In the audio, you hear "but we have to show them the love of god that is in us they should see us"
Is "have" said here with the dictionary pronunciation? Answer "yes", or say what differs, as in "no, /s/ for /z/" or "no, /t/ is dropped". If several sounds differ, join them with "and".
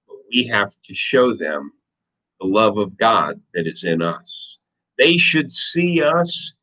no, /f/ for /v/